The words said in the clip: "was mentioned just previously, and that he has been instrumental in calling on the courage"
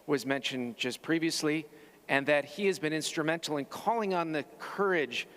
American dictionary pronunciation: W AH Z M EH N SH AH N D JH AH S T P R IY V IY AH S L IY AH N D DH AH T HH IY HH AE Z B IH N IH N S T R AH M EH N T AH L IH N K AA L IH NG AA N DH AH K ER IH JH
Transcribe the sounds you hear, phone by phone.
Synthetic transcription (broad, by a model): W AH Z M EH N SH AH N JH AH S P R IY V IY AH S L IY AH N DH AH T HH IY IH Z B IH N IH N S T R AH M EH N T L IH N K AA L IH NG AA N DH AH K ER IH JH